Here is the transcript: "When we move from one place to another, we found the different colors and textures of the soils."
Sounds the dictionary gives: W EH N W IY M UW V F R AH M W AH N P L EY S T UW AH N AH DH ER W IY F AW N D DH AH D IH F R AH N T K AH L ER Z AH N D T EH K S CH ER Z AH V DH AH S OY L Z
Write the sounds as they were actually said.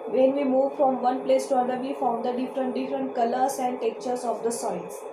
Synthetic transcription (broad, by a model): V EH N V IY M UW V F R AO M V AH N P L EY S T UW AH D AH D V IY F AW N D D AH D IH F R AH N T K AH L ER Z AH N D T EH K CH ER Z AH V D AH S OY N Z